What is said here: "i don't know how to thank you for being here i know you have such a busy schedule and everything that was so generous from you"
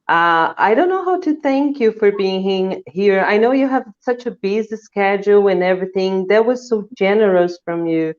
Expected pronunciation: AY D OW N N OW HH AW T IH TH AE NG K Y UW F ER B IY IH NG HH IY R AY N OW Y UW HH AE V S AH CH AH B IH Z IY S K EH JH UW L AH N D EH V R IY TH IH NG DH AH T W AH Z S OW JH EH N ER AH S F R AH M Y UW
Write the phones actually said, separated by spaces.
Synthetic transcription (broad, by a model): AY D OW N N OW HH AW T IH TH AE NG K Y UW F ER B IY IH NG HH IY R AY N OW Y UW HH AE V S AH CH AH B IH Z IY S K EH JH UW L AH N EH V R IY TH IH NG DH AH T W AH Z S OW JH EH N ER AH S F R AH M Y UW